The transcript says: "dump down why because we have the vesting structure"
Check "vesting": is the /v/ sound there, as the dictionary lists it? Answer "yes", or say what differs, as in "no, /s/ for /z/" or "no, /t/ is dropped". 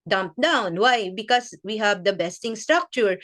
no, /b/ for /v/